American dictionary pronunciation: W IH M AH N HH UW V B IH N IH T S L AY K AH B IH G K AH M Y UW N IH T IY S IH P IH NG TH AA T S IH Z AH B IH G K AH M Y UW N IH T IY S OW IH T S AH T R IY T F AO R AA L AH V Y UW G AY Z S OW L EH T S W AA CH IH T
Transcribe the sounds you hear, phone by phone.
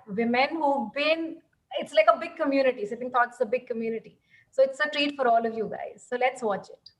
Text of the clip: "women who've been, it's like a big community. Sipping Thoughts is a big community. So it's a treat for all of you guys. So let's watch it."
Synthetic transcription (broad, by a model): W IH M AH N HH UW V B IH N IH T S L AY K AH B IH G K AH M Y UW N IH T IY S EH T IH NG T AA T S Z AH B IH G K AH M Y UW N IH T IY S OW IH T S AH T R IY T F AO R AA L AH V Y UW G AY Z S OW L EH T S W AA CH IH T